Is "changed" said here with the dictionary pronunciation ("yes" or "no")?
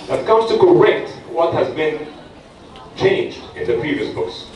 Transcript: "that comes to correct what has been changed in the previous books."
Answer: yes